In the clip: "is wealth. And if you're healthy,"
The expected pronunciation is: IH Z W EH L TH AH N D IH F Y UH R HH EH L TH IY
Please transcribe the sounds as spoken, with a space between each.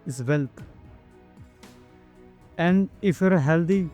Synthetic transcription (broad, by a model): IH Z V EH L T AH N IH F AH R HH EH L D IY